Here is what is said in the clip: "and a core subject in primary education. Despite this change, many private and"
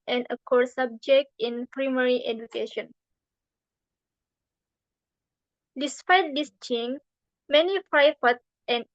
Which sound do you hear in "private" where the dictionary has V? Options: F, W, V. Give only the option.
F